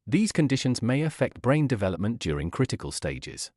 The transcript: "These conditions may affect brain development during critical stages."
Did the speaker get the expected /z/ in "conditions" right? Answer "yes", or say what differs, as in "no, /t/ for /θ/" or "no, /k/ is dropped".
yes